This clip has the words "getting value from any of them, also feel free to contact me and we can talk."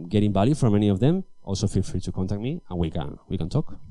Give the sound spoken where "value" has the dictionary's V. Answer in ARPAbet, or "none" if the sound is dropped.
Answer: B